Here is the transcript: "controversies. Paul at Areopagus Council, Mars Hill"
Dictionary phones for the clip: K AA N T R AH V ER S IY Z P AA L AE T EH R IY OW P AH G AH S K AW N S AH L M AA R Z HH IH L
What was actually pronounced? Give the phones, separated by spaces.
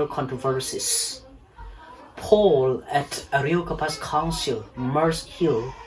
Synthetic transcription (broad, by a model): K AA N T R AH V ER S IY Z P AA L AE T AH R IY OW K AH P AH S K AW N S AH L M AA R S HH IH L